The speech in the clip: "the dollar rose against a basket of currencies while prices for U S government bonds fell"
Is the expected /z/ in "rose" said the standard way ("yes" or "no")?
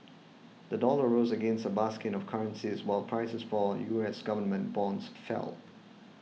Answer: yes